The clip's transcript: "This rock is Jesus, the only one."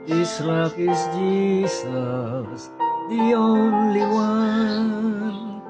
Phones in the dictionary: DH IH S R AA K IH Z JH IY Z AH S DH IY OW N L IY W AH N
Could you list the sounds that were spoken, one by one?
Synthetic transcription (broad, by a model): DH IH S L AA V IH Z JH IY Z AH S DH IY OW N L IY W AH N